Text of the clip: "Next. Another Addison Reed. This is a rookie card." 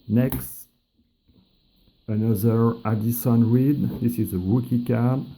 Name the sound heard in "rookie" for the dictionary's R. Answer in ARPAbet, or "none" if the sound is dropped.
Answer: W